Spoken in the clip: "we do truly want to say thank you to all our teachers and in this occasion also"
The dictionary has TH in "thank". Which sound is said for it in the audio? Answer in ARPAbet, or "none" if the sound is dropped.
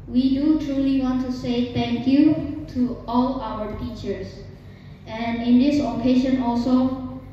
T